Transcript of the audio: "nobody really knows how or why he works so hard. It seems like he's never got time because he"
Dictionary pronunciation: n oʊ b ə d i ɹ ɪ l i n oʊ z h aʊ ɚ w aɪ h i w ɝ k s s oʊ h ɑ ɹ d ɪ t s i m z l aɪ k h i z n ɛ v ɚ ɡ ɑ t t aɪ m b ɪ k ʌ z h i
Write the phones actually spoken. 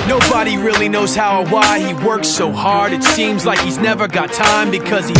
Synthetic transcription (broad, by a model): n oʊ b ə d i ɹ ɪ l i n oʊ z h aʊ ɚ w aɪ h i w ɝ k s s oʊ h ɑ ɹ d ɪ t s i m z l aɪ k h i z n ɛ v ɚ ɡ ɑ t t aɪ m b ɪ k ʌ z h i